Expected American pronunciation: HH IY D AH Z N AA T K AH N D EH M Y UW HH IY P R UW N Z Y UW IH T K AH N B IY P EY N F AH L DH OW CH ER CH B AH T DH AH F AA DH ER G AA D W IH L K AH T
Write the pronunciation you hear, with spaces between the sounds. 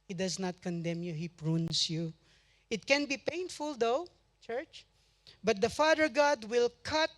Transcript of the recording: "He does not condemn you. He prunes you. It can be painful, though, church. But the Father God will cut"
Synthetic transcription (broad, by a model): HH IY D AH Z N AA T K AH N D EH M Y UW HH IY P R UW N S Y UW IH T K AH N B IY P EY N F AH L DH OW CH ER CH B AH T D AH F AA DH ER G AA D W IH L K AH T